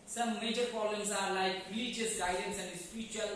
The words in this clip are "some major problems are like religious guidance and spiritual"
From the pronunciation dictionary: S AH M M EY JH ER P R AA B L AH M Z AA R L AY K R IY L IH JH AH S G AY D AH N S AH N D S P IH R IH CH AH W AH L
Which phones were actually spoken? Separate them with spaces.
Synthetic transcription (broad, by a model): S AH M M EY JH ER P AA L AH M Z AA R L AY K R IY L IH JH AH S G AY D AH N S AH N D S P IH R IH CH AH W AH L